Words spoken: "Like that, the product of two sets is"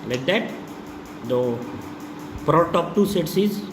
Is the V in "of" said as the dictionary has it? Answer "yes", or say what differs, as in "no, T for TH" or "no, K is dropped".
no, P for V